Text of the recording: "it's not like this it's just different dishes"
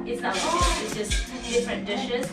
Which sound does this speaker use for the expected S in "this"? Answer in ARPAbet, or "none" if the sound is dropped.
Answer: none